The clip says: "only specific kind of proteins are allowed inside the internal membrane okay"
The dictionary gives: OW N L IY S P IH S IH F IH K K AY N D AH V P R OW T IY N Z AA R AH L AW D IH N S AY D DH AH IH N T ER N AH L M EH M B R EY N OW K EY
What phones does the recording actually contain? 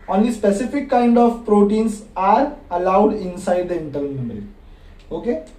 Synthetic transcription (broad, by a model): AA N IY S P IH S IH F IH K K AY N D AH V P R OW T IY N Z AA R AH L AW D IH N S AY D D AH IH N T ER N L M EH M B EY L OW K EY